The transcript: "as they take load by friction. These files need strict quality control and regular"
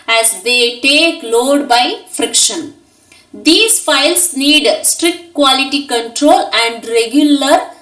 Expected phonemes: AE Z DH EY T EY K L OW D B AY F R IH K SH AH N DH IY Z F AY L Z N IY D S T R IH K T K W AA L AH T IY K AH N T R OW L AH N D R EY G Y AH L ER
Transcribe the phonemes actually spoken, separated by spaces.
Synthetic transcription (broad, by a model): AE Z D EY T EY K L OW D B AY F R IH K SH AH N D IY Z F AY L S N IY D S T R IH K T K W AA L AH T IY K AH N T R OW L AH N D R EY G Y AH L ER